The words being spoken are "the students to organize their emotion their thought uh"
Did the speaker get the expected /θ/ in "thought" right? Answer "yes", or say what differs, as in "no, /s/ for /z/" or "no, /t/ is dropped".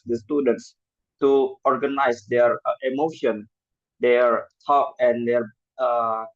no, /t/ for /θ/